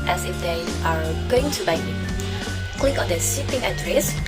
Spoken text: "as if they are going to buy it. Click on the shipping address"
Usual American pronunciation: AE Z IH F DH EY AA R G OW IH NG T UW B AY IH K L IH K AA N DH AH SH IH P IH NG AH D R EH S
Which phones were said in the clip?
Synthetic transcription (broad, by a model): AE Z IH F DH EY AA R G OW IH NG T UW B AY IH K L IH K AA N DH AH S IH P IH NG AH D R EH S